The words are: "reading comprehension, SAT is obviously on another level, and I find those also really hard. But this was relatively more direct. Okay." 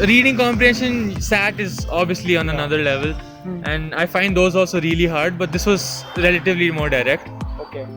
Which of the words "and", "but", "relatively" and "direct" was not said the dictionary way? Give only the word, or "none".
none